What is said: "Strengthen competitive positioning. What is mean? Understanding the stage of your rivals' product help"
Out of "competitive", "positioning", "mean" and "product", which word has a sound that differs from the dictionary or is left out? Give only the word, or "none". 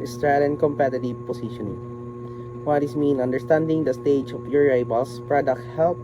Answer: positioning